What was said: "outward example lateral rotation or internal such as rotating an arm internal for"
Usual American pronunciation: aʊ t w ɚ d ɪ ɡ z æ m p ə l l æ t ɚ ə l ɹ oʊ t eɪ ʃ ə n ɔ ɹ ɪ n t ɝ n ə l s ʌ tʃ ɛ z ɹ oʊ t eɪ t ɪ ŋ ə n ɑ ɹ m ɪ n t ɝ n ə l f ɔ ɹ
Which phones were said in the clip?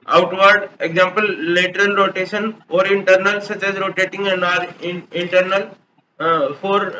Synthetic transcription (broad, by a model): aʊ t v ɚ d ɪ ɡ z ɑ m p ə l l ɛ t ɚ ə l ɹ oʊ t eɪ ʃ ə n ɔ ɹ ɪ n t ɝ n ə l s ʌ tʃ ɛ z ɹ oʊ t eɪ t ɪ ŋ ə n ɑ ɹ ɪ n t ɝ n ə l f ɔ ɹ